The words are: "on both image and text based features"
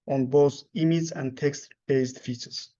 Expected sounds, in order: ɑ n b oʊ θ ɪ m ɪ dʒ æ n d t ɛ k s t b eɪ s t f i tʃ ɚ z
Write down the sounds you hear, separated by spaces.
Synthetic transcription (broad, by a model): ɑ n b oʊ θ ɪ m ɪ z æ n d t ɛ k s t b eɪ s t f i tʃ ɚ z